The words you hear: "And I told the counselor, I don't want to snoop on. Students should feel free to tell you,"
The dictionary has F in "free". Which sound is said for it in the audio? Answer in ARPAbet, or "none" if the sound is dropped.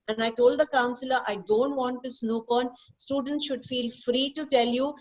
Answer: F